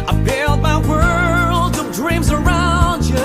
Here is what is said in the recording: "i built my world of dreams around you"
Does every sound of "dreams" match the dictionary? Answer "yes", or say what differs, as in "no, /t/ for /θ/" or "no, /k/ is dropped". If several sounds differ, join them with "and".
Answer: yes